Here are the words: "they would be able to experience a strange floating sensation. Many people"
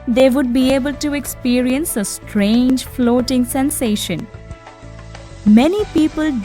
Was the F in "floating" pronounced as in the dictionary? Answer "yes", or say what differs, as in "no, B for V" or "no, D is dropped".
yes